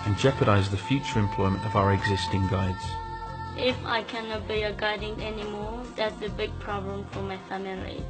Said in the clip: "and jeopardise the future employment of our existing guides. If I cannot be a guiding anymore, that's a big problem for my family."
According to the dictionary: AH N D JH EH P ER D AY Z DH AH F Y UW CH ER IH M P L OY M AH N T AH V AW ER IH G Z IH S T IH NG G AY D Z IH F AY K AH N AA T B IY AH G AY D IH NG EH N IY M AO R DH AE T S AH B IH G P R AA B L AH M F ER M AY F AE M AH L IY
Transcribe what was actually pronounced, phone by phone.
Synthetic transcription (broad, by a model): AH N JH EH P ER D AY Z DH AH F Y UW CH ER IH M P L OY M AH N T AH V AW ER IH G Z IH S T IH NG G AY D Z IH F AY K AH N AA T B IY AH G AY D IH NG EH N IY M AO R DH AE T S AH B IH G P R AA B L AH M F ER M AY F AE M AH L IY